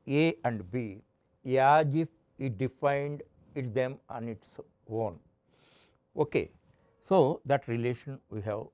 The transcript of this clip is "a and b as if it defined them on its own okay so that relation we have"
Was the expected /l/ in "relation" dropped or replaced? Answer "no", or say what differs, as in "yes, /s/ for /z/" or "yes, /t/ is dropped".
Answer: no